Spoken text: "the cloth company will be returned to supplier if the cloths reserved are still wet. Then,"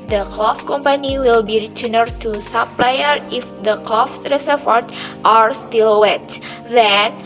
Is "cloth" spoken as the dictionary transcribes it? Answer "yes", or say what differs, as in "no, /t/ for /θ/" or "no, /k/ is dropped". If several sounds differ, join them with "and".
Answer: no, /f/ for /θ/